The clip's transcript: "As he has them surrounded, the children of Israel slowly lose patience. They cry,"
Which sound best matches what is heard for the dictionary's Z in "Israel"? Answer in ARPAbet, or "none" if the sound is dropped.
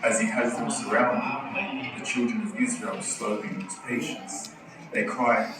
Z